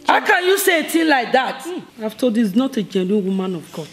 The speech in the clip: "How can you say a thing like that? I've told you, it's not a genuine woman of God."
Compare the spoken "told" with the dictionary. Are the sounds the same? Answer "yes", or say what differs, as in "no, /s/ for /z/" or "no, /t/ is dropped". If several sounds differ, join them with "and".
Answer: no, /l/ is dropped